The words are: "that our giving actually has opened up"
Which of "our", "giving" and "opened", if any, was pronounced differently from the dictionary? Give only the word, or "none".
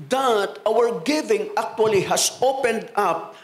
none